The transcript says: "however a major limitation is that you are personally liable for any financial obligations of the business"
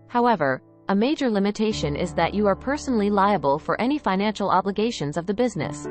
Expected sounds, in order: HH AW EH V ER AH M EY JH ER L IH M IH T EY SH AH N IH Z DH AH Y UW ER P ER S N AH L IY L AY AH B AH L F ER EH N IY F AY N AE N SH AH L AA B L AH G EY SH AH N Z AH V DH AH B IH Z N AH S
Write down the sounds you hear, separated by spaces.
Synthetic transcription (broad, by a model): HH AW EH V ER AH M EY JH ER L IH M IH T EY SH AH N IH Z DH AH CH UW ER P ER S N L IY L AY AH B AH L F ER EH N IY F AY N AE N SH L AA B L AH G EY SH AH N Z AH V DH AH B IH Z N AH S